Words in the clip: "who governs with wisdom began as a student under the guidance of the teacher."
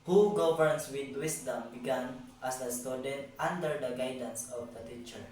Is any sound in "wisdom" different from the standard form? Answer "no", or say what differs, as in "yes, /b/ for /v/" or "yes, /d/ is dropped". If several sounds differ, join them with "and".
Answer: yes, /s/ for /z/